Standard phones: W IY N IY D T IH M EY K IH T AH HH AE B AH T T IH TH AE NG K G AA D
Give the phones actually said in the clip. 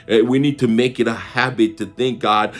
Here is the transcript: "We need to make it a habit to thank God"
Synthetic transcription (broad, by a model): W IY N IY D T IH M EY K IH T AH HH AE B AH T T IH TH AE NG K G AA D